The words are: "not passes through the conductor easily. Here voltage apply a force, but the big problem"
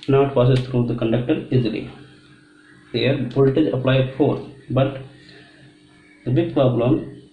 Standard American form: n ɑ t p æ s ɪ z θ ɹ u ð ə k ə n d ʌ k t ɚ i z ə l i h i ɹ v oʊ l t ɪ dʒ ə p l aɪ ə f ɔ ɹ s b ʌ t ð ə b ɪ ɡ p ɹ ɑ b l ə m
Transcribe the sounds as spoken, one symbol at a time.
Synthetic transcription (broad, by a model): n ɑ t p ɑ s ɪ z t ɹ u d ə k ə n d ʌ k t ɚ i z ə l i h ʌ ɹ b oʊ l t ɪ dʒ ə p l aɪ ə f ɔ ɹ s b ʌ t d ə b ɪ ɡ p ɹ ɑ b l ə m